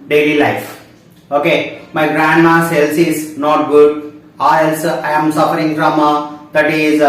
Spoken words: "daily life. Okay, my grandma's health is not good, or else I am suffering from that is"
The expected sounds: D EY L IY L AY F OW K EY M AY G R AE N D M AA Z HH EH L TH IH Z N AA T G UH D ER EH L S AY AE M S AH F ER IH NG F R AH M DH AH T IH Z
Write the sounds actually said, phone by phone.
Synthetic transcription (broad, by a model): D EY L IY L AY F OW K EY M AY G R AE N D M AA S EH L S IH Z N AA T G UH D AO EH L S AY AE M S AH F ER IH NG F R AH M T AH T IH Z